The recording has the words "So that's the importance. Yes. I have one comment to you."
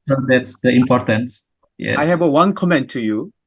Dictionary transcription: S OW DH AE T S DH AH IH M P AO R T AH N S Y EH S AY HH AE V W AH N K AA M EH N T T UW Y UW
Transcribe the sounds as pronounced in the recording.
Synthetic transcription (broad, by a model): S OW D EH T S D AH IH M P AO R T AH N S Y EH AY HH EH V W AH N K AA M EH N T T UW Y UW